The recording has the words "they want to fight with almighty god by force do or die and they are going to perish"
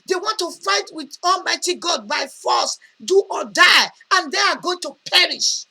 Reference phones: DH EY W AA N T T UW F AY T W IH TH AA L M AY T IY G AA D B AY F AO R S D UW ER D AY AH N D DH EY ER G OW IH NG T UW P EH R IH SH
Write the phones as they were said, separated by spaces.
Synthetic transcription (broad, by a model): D EY W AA N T T UW F AY T W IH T AA L M AY T IY G AA D B AY F AO S D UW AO D AY AH N D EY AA G OW IH NG T UW P EH R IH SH